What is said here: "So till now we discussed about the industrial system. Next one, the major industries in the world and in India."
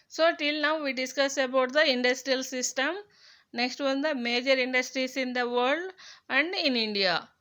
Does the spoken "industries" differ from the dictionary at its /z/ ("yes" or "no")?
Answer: yes